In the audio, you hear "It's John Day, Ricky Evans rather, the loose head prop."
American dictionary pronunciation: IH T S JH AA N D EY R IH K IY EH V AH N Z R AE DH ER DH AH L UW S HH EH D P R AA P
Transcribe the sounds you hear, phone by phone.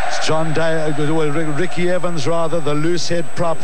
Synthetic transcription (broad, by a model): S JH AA N D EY R IH K IY EH V AH N Z R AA DH ER DH AH L UW S HH EH D P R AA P